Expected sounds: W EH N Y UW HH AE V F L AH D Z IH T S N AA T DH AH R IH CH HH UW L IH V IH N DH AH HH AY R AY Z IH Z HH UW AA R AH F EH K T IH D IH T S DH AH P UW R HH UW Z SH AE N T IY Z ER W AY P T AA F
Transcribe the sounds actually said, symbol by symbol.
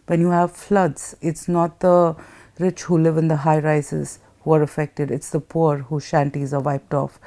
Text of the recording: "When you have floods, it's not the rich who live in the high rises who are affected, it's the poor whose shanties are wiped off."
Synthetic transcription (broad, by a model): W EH N Y UW HH AE V F L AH D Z IH T S N AA T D AH R IH CH HH UW L IH V IH N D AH HH AY R AY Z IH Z HH UW AA R AH F EH K T IH D IH T S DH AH P UW R HH UW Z SH AE N T IY Z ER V AY P T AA F